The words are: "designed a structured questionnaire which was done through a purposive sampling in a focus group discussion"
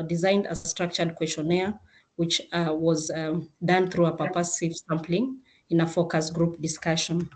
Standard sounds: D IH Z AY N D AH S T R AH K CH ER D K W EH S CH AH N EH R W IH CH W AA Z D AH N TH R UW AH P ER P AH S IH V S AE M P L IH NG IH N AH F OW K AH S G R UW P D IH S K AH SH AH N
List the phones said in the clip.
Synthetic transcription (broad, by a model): D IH Z AY N D AH S T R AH K CH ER D K W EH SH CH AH N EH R W IH CH W AA Z D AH N TH R UW AH P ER P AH S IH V S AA M P L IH NG IH N AH F OW K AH S G R UW P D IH S K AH SH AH N